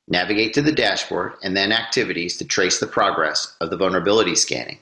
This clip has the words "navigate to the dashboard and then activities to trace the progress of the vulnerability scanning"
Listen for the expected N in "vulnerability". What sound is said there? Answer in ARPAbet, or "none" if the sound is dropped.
N